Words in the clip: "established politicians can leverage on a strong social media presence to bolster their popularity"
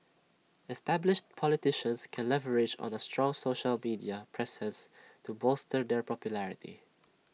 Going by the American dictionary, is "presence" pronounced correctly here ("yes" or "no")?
no